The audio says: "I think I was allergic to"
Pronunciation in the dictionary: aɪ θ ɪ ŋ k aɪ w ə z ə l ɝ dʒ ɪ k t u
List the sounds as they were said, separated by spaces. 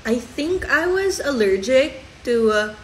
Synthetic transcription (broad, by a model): aɪ θ ɪ ŋ k aɪ w ə z ə l ɝ dʒ ɪ k t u